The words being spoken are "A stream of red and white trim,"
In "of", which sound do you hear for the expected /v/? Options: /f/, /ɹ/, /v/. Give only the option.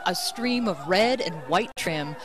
/v/